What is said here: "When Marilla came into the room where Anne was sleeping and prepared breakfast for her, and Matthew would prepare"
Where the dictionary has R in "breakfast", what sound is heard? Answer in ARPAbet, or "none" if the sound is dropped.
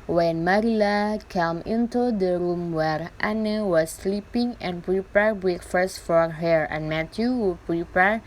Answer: none